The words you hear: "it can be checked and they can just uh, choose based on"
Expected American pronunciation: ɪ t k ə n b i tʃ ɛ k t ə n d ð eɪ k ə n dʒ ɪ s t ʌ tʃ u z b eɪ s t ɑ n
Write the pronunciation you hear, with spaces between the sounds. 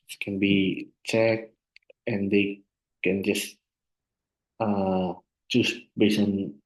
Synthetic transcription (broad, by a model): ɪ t k ə n b i tʃ ɛ k t ə n d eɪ k ə n dʒ ɪ s t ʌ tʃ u s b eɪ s ɑ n